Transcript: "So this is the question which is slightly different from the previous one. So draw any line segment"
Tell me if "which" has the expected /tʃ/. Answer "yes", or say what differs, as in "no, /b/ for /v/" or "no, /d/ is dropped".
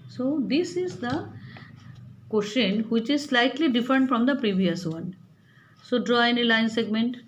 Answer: yes